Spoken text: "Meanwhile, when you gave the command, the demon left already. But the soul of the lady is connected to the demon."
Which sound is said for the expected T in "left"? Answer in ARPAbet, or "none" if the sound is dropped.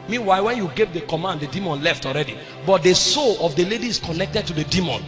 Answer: T